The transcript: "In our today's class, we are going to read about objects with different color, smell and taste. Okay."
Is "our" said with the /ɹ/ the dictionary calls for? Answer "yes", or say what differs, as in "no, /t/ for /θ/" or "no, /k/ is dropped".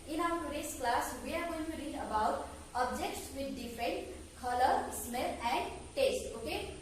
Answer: no, /w/ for /ɹ/